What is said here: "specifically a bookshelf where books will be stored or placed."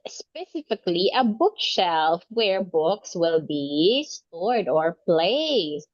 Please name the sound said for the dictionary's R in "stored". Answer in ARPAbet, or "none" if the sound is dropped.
R